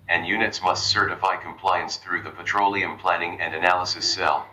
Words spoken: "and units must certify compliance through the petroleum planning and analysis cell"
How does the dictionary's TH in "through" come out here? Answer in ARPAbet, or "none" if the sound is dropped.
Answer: TH